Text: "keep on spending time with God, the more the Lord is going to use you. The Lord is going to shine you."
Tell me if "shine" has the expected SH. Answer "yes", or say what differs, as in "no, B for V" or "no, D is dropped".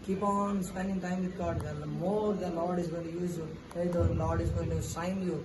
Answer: no, S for SH